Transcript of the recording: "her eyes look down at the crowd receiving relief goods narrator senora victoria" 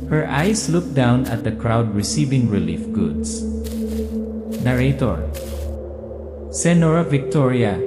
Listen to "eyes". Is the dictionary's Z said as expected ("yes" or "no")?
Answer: no